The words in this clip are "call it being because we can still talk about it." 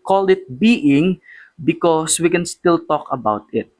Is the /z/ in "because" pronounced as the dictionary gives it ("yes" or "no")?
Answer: no